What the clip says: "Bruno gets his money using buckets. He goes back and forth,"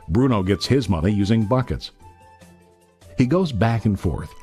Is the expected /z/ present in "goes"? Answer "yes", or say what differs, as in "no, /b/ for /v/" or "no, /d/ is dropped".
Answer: yes